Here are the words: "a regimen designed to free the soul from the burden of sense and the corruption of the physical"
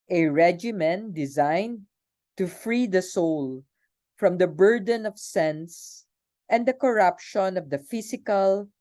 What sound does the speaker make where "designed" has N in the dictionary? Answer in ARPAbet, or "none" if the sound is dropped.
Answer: N